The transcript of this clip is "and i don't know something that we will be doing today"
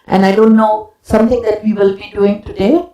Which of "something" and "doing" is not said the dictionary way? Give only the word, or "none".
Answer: something